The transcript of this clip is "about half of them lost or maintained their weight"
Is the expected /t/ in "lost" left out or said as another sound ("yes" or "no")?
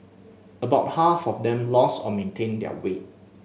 yes